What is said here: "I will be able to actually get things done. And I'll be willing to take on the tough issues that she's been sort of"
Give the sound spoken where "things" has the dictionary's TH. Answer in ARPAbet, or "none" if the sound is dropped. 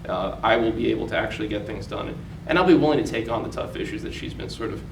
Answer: TH